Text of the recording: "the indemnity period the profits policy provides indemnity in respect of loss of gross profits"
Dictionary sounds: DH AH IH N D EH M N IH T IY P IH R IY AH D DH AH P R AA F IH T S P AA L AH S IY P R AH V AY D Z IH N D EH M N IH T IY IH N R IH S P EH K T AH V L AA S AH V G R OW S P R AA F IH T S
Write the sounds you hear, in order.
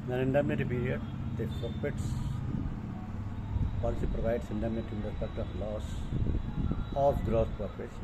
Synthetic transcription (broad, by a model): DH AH IH N D EH M N IH T IY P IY R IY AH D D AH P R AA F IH T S P AA L AH S IY P R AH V AY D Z IH N D EH M N IH T IY IH N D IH P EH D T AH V L AA S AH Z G R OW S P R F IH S